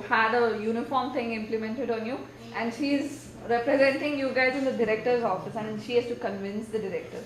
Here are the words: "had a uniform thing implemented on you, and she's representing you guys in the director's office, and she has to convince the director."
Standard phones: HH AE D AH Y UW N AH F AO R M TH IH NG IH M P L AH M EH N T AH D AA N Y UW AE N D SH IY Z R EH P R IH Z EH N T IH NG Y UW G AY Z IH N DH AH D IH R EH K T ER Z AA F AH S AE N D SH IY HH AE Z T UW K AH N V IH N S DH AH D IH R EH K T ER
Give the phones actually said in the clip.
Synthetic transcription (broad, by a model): HH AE D AH Y UW N AH F AO R M T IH NG IH M P L AH M EH N T AH D AA N Y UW AE N D SH IY Z R EH P R IH Z EH N T IH NG Y UW G AY Z IH N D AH D IH R EH K T ER Z AA F AH S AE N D SH IY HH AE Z T UW K AH N V IH N S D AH D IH R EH K T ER